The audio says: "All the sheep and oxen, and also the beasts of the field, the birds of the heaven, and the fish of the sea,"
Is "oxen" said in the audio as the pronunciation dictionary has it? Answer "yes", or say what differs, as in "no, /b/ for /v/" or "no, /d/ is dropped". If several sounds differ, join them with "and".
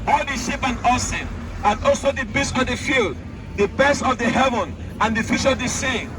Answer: no, /k/ is dropped